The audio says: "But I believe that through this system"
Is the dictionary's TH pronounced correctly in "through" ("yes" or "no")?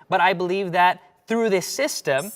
yes